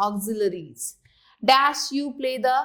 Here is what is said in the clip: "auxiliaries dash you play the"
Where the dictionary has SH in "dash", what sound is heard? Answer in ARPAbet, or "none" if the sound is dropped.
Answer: S